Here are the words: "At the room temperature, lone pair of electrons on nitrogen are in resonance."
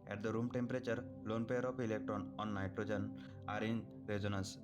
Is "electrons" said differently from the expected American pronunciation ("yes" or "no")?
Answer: yes